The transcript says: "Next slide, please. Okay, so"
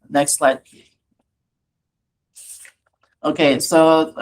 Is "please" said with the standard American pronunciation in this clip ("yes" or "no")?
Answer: no